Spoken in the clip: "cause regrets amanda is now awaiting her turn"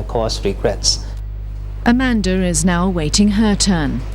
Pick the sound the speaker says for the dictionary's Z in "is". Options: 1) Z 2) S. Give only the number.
1